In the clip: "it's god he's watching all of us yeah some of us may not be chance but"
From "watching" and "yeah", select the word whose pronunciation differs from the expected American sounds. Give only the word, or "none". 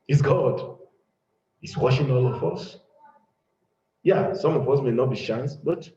watching